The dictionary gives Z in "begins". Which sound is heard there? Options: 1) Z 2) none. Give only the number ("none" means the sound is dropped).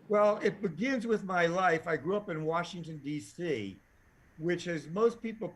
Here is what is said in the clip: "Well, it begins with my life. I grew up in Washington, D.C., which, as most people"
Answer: 1